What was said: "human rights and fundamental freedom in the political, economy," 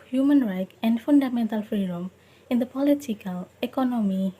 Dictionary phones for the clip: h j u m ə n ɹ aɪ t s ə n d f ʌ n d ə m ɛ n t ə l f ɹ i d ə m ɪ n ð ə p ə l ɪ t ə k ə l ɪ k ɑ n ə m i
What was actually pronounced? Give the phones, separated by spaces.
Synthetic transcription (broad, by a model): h j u m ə n ɹ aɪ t ə n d f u n d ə m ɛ n t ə l f ɹ i d ə m ɪ n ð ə p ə l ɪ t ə k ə l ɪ k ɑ n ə m i